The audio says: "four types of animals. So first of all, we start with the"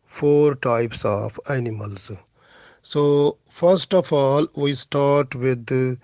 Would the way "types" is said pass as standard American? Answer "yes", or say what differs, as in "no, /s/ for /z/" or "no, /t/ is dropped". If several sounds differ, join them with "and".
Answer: yes